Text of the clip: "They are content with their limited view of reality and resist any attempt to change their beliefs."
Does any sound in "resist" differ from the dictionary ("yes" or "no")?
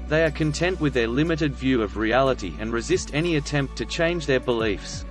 no